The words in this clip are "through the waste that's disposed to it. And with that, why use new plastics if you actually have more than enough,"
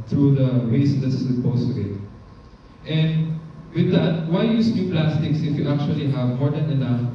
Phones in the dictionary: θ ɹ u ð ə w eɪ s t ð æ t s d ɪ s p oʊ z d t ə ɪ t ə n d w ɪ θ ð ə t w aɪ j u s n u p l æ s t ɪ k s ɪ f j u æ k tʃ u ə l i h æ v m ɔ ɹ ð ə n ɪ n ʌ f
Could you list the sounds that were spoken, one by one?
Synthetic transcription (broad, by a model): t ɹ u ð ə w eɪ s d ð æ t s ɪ p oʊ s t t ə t t ə n d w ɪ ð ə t w aɪ j u s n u p l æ s t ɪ k s ɪ f j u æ k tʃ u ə l i h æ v m ɔ ɹ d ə n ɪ n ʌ f